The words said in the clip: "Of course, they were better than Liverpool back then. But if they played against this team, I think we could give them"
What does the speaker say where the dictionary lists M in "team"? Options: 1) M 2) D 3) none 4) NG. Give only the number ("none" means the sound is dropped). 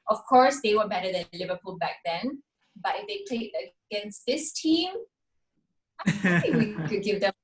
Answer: 1